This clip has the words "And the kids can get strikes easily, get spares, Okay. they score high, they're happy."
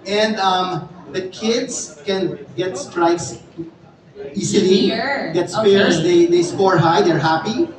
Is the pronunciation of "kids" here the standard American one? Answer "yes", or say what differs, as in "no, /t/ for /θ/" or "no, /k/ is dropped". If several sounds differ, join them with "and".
no, /s/ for /z/